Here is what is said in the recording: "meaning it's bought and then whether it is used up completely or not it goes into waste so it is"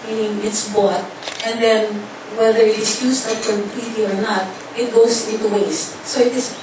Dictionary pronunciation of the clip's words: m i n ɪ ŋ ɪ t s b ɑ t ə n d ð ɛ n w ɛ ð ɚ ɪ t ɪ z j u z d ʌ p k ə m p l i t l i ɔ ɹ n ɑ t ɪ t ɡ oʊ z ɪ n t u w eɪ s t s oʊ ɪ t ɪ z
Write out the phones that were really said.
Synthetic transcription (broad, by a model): m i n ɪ ŋ ɪ t s b ɑ t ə n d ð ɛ n w ɛ ð ɚ ɪ t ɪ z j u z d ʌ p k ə p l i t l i ɔ ɹ n ɑ t ɪ t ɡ oʊ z ɪ n t u w eɪ s t s oʊ ɪ t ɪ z